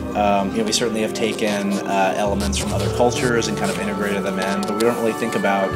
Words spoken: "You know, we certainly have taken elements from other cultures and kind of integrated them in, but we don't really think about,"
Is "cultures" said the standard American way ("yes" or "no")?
yes